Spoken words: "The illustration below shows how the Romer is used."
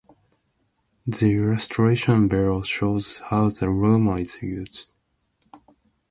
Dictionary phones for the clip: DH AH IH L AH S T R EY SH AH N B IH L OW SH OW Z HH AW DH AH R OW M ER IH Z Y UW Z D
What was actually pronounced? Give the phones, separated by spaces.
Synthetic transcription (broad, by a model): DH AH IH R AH S T R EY SH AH N B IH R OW SH OW Z HH AW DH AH R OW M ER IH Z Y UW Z